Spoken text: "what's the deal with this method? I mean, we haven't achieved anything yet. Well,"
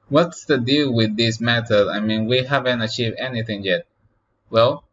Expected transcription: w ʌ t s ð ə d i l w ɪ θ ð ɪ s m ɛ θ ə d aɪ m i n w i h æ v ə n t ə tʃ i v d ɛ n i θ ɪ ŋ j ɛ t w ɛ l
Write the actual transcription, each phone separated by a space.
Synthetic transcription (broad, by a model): w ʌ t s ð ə d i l w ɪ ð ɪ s m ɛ t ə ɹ aɪ m i n w i h æ v ə n t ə tʃ i v ɛ n i θ ɪ ŋ j ɛ t w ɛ l